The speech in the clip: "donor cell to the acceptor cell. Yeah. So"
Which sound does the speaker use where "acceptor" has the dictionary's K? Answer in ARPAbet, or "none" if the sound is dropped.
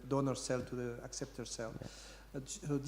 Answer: K